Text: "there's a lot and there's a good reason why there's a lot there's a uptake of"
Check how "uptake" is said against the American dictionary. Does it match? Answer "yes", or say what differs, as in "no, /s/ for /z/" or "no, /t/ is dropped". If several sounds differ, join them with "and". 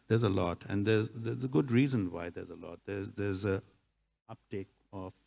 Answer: yes